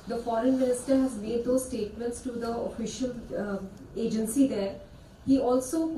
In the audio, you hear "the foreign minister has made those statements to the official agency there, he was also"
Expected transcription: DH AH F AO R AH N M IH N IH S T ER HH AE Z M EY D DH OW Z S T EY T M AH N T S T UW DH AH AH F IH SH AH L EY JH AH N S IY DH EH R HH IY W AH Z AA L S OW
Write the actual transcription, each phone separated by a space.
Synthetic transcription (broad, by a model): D AH F AO R AH N M IH N IH S T ER HH AE Z M EY D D OW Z S T EY T M AH N T S T UW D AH AH F IH SH AH L EY JH AH N S IY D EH R HH IY AA L S OW